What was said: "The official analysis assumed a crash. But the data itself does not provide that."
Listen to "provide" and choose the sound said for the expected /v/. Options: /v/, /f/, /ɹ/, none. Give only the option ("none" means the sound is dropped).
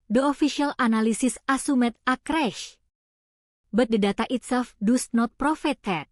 /f/